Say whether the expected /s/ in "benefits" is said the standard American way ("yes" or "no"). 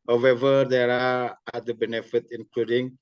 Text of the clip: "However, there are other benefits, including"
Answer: no